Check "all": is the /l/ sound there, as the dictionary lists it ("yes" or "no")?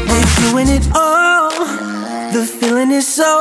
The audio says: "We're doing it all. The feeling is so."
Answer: yes